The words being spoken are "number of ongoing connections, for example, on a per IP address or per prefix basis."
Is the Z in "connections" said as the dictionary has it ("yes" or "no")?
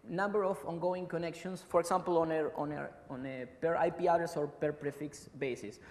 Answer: no